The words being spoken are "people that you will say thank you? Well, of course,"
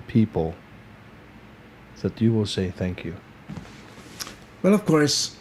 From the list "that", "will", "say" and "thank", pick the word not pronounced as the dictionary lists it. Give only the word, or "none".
none